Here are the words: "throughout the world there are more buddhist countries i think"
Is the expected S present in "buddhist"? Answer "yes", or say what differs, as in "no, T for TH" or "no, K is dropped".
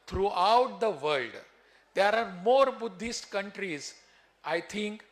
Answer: yes